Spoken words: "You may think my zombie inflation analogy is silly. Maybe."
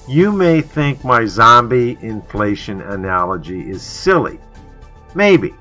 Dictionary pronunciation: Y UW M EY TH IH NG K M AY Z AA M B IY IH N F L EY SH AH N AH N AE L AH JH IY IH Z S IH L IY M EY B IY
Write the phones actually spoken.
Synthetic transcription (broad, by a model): Y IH M EY TH IH NG K M AY Z AA M B IY IH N F L EY SH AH N AH N AE L AH JH IY IH Z S IH L IY M EY B IY